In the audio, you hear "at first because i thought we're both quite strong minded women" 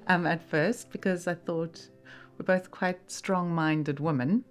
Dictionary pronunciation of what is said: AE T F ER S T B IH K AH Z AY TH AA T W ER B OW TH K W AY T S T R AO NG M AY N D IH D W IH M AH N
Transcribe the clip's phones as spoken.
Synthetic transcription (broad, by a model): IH T F ER S T B IH K AH Z AY TH AA T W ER B OW TH K W AY T S T R AO NG M AY N D IH D W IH M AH N